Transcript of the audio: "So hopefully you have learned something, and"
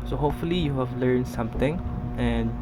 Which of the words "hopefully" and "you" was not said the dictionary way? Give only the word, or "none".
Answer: none